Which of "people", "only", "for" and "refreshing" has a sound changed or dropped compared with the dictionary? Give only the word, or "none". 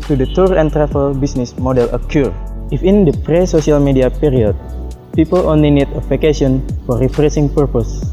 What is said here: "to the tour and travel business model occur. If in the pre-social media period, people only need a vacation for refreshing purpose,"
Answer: refreshing